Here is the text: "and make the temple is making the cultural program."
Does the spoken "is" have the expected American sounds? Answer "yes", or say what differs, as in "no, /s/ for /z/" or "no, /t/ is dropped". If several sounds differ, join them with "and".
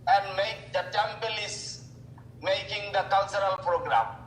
no, /s/ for /z/